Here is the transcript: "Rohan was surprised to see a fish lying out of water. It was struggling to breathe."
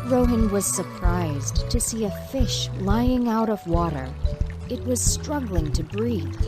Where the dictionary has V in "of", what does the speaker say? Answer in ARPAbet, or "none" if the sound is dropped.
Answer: V